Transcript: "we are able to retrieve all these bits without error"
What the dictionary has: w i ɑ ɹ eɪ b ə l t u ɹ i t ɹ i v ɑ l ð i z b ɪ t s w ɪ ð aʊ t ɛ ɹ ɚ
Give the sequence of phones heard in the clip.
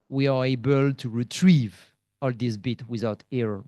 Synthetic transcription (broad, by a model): w i ɑ ɹ eɪ b ə l t u ɹ i t ɹ i v ɑ l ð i s b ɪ t w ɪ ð aʊ t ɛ ɹ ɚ